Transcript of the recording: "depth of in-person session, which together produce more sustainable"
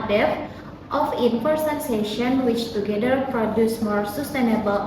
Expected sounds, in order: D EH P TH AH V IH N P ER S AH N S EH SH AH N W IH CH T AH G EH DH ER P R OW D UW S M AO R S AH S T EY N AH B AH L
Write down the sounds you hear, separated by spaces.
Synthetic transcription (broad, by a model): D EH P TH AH F IH N F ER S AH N S EH SH AH N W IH CH T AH G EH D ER P R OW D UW S M AO R S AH S T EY N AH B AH L